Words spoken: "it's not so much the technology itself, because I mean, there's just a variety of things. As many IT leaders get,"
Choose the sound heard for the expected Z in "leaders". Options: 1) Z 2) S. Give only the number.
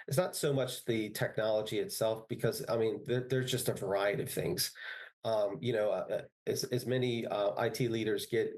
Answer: 1